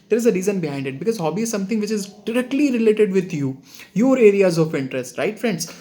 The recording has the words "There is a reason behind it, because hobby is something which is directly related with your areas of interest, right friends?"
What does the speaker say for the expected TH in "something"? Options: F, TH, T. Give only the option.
T